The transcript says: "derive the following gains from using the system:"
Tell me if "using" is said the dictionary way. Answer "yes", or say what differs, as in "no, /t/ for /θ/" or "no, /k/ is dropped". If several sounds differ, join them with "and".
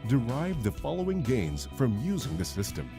yes